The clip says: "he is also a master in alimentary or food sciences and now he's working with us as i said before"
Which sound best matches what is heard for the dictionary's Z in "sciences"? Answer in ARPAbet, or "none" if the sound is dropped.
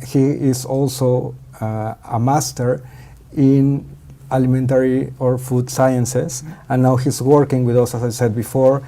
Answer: S